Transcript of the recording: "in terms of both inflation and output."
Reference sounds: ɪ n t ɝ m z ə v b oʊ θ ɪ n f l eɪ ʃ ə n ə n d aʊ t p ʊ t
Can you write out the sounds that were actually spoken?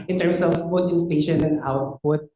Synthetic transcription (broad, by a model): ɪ n t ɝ m s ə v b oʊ t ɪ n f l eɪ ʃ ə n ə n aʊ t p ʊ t